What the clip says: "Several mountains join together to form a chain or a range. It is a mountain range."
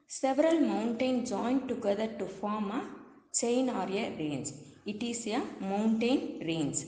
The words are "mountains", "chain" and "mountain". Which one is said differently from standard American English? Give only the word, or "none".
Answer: mountains